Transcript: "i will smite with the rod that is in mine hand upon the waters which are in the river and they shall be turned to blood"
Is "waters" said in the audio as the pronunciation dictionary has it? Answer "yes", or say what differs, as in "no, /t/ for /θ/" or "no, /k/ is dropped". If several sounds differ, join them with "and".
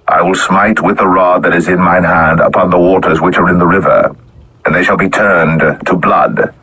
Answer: yes